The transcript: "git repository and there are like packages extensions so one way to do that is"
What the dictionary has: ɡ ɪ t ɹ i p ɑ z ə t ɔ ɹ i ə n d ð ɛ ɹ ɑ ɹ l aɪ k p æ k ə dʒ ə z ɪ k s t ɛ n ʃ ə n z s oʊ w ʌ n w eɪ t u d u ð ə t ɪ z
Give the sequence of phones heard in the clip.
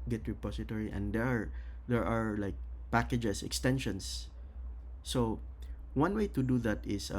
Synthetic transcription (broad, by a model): ɡ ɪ t ɹ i p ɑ s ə t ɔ ɹ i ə n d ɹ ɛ ɹ ɑ ɹ l aɪ k p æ k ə dʒ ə s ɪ k s t ɛ n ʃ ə n s oʊ w ʌ n w eɪ t u d u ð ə t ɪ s